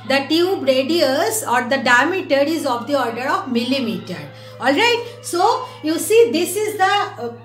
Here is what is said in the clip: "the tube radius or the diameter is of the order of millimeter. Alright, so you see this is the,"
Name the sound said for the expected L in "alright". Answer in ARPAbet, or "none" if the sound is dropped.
L